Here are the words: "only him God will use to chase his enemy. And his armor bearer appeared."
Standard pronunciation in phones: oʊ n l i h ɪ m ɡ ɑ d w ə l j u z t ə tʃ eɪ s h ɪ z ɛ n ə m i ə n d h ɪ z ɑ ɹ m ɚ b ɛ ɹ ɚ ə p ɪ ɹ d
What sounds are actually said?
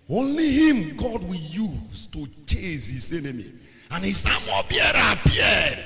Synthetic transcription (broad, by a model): oʊ n l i h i m ɡ ɑ d w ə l j u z t ə tʃ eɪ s h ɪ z ɛ n ə m i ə n h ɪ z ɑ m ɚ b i ɚ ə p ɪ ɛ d